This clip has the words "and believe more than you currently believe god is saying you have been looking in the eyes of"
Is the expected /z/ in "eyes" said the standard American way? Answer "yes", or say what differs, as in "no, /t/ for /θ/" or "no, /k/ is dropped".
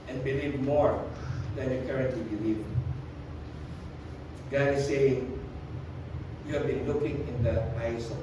no, /s/ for /z/